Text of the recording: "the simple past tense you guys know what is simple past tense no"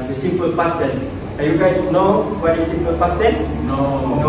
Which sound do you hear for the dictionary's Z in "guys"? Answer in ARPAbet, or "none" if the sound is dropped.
S